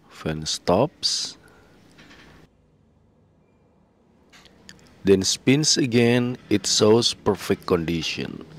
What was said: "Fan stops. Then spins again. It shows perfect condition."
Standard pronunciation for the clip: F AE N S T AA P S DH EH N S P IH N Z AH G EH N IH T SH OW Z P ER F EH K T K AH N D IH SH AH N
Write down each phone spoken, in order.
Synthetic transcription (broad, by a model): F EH N S T AA P S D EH N S P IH N S AH G EH N IH T S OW S P ER F EH K T K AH N D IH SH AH N